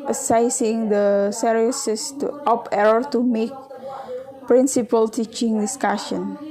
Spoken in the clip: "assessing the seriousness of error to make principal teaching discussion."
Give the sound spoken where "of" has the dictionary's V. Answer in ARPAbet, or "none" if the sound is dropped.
P